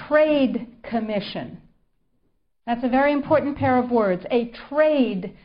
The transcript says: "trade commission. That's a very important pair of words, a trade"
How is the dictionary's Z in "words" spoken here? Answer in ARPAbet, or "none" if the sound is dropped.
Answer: Z